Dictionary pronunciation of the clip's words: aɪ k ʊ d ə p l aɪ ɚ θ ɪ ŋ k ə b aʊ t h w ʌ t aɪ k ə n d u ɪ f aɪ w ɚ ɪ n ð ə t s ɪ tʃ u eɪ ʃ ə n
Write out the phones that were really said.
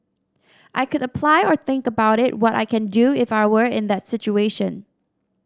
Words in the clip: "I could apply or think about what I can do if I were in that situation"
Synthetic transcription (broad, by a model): aɪ k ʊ d ə p l aɪ ɚ θ ɪ ŋ k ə b aʊ t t w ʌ t aɪ k ə n d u ɪ f aɪ w ɚ ɪ n ð ə t s ɪ tʃ u eɪ ʃ ə n